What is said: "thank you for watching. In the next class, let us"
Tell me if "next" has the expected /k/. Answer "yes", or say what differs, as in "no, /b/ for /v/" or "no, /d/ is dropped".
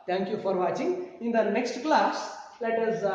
yes